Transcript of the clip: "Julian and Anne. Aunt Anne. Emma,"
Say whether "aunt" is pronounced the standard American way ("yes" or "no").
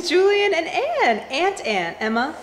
yes